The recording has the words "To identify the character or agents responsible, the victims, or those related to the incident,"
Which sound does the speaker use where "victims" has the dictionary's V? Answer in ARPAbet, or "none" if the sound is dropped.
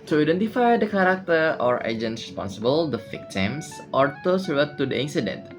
F